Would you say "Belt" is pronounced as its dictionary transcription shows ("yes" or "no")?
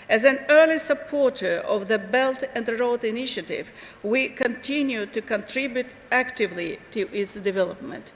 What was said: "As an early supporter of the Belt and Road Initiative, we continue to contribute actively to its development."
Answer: yes